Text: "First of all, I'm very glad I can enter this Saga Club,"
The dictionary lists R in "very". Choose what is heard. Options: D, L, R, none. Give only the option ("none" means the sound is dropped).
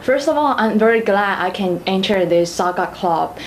R